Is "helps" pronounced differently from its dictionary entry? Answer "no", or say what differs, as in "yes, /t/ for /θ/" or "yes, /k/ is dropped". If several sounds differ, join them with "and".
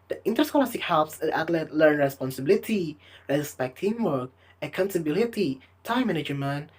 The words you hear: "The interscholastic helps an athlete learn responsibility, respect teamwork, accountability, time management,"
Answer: no